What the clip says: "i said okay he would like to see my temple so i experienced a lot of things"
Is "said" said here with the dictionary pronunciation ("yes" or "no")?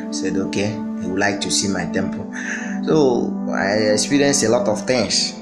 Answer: yes